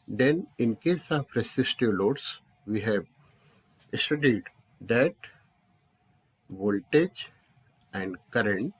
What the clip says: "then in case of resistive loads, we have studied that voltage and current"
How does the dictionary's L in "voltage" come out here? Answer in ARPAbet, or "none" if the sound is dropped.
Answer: L